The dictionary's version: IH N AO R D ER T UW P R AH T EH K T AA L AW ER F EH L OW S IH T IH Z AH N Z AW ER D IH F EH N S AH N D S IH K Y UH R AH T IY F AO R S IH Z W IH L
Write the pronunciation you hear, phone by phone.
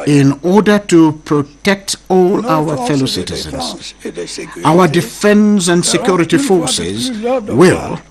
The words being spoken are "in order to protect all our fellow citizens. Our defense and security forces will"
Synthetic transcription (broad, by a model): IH N AO R D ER T UW P R AH T EH K T AA L AW ER F EH L OW S IH T IH Z AH N Z AW ER D IH F EH N S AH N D S IH K Y UH R AH T IY F AO R S IH Z W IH L